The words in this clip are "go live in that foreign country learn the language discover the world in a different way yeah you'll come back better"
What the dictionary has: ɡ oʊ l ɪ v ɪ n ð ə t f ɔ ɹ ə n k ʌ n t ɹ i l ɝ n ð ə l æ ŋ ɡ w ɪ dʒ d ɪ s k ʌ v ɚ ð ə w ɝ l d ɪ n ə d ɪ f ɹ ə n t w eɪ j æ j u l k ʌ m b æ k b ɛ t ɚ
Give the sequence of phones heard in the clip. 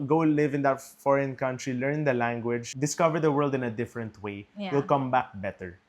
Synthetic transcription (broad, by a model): ɡ oʊ l ɪ v ɪ n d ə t f ɔ ɹ ə n k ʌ n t ɹ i l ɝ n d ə l æ ŋ ɡ w ɪ dʒ d ɪ s k ʌ v ɚ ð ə w ɝ l d ɪ n ə d ɪ f ɹ ə n t w eɪ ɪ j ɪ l k ʌ m b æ k b ɛ t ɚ